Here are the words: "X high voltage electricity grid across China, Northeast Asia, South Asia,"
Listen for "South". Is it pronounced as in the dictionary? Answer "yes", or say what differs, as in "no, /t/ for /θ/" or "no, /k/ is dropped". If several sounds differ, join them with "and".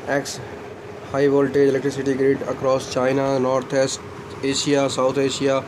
no, /t/ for /θ/